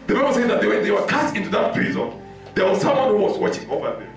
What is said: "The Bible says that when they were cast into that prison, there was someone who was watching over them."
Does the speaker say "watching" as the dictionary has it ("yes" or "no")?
yes